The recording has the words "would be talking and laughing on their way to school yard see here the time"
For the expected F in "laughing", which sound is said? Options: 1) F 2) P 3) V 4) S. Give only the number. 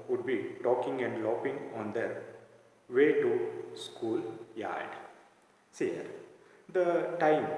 2